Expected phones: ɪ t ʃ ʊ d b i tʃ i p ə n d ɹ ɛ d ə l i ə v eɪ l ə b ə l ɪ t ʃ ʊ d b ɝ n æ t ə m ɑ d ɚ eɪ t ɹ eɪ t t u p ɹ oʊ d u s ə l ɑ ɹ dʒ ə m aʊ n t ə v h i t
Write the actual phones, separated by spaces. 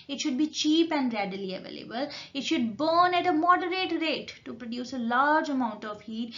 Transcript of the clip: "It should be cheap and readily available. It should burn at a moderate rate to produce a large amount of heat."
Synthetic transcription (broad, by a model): ɪ t ʃ ʊ d b i tʃ i p ə n d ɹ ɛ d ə l i ə v eɪ l ə b ə l ɪ t ʃ ʊ d b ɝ n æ t ə m ɑ d ɚ eɪ t ɹ eɪ t t u p ɹ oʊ d u s ə l ɑ ɹ dʒ ə m aʊ n t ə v h i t